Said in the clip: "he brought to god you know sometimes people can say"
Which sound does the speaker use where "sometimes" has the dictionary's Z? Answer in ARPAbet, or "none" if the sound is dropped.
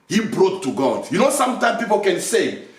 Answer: none